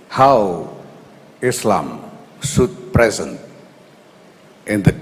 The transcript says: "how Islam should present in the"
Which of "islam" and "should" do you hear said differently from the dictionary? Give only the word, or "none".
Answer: should